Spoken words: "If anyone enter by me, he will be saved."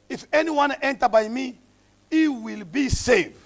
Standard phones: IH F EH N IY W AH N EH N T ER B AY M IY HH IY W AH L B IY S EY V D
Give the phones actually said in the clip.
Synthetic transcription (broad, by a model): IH F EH N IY W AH N EH N T ER B AY M IY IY W AH L B IY S EY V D